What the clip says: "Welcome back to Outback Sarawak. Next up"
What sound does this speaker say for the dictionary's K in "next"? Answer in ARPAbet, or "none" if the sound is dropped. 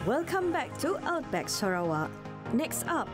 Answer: K